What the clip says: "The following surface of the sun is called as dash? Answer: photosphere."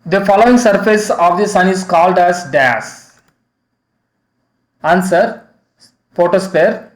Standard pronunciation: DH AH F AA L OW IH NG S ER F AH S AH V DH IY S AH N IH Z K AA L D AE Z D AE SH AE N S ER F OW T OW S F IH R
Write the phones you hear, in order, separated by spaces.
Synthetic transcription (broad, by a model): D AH F AA L OW IH NG S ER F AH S AH V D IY S AH N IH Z K AA L D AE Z D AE S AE N S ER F OW T OW S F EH R